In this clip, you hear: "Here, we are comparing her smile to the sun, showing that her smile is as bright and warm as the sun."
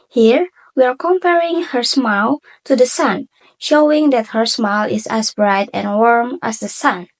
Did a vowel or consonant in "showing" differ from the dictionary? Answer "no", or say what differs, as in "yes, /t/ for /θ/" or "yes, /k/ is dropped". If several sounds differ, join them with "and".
no